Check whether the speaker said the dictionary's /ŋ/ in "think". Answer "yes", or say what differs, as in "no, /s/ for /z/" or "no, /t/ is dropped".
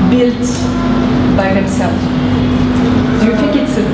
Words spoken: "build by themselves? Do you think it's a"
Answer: no, /ŋ/ is dropped